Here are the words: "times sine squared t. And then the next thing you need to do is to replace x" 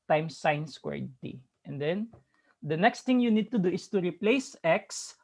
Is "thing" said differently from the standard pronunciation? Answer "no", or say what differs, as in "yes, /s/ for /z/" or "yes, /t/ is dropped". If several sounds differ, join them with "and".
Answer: yes, /t/ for /θ/